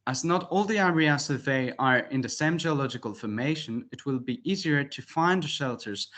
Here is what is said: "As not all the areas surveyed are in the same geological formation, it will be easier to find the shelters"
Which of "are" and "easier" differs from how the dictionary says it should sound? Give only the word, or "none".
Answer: none